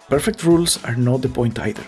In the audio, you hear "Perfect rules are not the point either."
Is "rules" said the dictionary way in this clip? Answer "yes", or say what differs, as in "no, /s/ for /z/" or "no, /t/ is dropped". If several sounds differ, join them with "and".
no, /s/ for /z/